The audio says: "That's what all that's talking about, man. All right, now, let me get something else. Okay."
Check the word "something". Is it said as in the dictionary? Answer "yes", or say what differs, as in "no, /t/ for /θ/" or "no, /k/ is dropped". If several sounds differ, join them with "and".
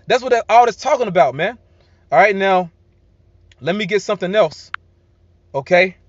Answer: yes